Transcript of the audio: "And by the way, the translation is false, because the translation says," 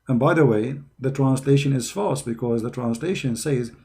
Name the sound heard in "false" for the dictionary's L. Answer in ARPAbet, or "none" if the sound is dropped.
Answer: none